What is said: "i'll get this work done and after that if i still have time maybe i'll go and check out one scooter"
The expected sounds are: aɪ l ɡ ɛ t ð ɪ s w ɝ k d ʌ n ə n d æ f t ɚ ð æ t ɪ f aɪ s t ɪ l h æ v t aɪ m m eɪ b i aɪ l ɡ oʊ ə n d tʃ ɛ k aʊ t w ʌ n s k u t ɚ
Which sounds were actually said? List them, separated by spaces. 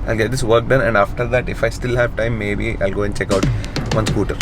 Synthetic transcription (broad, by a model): aɪ l ɡ ɛ t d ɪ s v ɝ k d ʌ n ə n d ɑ f t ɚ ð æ t ɪ f aɪ s t ɪ l h æ v t aɪ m m eɪ b i aɪ l ɡ oʊ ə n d tʃ ɛ k aʊ t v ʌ n s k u t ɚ